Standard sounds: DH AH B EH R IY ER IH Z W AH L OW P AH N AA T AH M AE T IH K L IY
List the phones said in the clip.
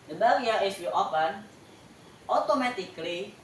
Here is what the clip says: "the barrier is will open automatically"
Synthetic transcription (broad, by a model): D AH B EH L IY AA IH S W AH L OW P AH N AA T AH M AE T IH K L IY